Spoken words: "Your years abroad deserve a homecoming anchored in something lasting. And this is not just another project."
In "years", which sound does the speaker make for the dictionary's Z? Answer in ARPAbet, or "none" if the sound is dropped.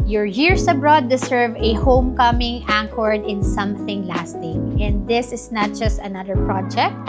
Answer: S